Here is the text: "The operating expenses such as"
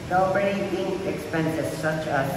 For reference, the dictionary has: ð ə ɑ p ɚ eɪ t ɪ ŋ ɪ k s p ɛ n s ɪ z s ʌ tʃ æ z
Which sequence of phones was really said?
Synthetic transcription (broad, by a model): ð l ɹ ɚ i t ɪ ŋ ɪ k s p ɛ n s ɪ z s ʌ tʃ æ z